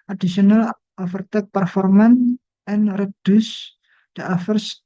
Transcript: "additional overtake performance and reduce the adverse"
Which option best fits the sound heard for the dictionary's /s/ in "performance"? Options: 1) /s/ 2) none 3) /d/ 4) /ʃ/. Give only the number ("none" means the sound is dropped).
2